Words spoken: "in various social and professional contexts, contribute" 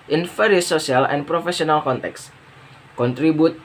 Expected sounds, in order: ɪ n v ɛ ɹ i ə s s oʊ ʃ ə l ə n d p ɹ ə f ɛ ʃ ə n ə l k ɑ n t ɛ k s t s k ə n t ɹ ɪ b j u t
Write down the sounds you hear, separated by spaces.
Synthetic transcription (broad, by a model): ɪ n f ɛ ɹ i s s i ə l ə n p ɹ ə f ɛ s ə n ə l k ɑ n t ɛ k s s k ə n t ɹ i b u t